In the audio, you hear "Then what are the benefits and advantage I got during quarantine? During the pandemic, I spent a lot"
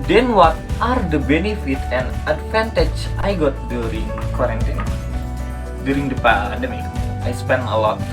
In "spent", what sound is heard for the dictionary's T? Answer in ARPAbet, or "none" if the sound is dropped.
none